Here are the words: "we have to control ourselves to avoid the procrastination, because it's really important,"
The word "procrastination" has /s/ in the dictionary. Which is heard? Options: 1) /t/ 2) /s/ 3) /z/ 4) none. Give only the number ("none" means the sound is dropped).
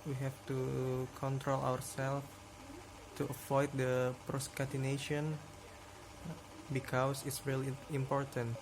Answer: 4